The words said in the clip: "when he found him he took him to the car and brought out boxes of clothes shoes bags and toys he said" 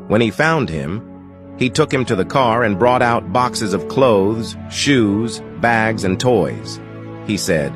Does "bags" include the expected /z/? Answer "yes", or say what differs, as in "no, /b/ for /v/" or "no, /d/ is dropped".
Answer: yes